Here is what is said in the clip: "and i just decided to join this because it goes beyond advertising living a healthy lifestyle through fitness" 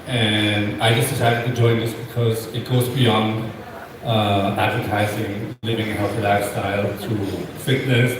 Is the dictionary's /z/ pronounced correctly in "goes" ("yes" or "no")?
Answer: yes